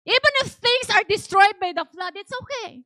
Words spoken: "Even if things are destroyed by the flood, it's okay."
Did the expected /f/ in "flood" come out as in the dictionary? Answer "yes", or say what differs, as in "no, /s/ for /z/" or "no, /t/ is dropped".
yes